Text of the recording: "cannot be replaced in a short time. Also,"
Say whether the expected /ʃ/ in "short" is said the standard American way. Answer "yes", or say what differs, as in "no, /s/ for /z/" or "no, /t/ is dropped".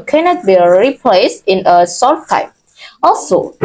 no, /s/ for /ʃ/